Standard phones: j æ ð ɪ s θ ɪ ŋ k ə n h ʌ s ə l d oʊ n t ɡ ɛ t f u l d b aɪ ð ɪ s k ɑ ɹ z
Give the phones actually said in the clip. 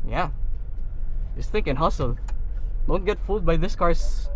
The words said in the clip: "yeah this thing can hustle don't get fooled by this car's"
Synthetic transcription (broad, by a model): j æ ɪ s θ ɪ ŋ k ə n h ʌ s ə l d oʊ n t ɡ ɛ t f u d b aɪ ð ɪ s k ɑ ɹ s